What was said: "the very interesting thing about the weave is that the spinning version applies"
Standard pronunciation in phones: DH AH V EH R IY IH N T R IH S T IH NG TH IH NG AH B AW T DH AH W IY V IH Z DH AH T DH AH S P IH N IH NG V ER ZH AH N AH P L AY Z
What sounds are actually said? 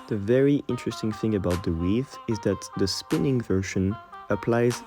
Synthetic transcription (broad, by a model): DH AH V EH R IY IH N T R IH S T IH NG TH IH NG AH B AW T DH AH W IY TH IH Z DH AH T DH AH S P IH N IH NG V ER SH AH N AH P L AY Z